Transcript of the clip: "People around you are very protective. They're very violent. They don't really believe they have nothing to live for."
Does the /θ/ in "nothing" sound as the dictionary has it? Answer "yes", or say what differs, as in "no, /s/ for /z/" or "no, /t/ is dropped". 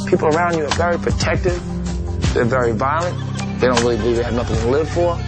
yes